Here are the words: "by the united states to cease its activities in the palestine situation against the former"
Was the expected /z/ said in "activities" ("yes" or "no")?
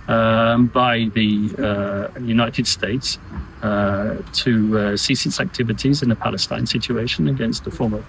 yes